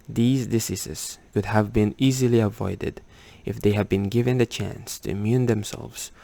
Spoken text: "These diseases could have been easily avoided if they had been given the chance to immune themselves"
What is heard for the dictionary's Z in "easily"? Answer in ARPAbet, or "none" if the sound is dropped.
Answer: Z